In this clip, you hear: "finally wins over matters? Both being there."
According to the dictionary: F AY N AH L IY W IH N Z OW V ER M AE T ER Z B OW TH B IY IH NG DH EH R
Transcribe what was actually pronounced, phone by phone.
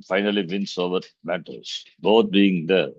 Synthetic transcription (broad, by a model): F AY N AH L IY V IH N S OW V ER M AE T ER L B OW T B IY IH NG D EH R